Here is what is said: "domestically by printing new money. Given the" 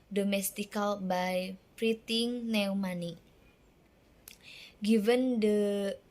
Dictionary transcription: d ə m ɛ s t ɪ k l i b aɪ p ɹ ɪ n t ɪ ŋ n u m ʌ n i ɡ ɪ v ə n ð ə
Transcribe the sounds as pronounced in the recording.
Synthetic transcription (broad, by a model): d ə m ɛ s t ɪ k l b aɪ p ɹ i t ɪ ŋ n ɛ m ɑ n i ɡ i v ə n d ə